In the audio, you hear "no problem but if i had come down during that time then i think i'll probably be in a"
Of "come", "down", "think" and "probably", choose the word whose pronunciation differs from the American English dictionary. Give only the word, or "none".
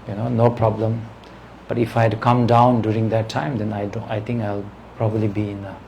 think